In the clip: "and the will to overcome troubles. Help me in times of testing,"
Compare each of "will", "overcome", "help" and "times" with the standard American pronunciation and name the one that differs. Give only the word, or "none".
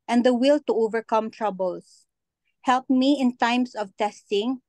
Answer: times